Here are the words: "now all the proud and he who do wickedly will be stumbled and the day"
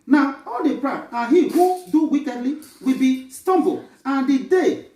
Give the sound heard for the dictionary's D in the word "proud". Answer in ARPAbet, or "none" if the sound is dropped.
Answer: none